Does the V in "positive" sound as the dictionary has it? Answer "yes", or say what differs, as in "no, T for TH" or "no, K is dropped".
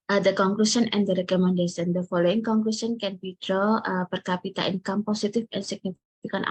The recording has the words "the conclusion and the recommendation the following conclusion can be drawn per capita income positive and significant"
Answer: no, F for V